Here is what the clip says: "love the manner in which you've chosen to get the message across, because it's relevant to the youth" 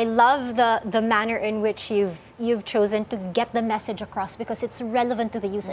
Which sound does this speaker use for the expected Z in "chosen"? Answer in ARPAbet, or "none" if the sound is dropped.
Z